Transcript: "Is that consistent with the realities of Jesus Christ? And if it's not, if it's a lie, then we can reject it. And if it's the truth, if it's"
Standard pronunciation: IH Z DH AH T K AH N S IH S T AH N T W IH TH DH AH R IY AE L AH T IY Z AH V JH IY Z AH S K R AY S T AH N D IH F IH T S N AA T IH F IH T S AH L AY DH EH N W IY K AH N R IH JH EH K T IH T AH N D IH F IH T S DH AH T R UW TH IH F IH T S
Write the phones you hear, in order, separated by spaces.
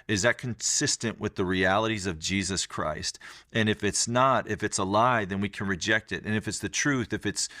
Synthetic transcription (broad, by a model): IH Z DH AH T K AH N S IH S T AH N T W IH DH AH R IY AE L AH T IY Z AH V JH IY Z AH S K R AY S T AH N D IH F IH T S N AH T IH F IH T S AH L AY DH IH N W IY K AH N R IH JH EH K T IH T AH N IH F IH T S DH AH T R UW TH IH F IH T S